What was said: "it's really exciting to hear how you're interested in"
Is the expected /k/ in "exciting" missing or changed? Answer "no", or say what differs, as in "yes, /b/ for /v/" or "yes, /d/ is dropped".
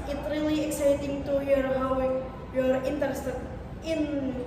no